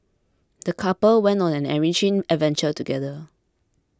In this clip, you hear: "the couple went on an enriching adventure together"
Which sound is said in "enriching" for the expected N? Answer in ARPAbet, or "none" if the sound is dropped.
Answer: none